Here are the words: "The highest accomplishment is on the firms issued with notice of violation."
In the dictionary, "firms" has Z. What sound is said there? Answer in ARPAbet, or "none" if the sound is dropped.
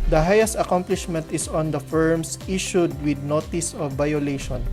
S